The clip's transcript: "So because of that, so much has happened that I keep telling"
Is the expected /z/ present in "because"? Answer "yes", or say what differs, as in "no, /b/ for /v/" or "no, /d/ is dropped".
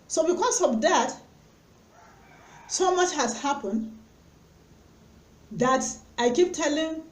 no, /s/ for /z/